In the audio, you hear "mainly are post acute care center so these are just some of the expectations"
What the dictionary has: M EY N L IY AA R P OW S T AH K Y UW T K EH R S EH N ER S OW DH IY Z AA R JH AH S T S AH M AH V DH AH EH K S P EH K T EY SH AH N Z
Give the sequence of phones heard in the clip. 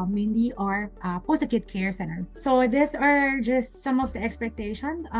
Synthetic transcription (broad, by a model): M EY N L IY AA R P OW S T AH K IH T K EH R S EH N ER S OW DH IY S AA R JH AH S T S AH M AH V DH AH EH K S P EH K T EY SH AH N